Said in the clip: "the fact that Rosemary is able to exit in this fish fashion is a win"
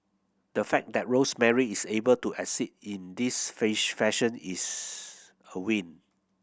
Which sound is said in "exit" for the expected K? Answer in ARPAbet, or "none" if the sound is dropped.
none